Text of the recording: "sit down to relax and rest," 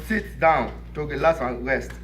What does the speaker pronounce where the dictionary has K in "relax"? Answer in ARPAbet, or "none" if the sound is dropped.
none